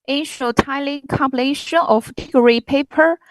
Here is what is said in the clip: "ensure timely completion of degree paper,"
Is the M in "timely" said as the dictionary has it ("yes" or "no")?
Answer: no